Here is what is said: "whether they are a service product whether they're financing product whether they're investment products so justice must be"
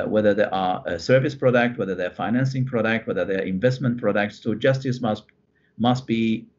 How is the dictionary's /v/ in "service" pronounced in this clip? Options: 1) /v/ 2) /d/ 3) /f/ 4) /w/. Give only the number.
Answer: 1